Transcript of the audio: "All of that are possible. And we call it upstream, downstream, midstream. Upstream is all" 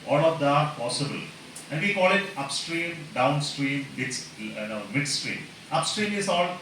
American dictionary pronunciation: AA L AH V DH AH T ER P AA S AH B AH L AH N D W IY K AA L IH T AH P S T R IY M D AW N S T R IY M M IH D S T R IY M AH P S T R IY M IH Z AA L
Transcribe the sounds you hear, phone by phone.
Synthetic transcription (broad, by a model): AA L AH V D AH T P AA S AH B AH L AH N D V IY K AA L IH T AH P S T R IY M D AW N S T R IY M M IH D S T R IY M AH P S T R IY M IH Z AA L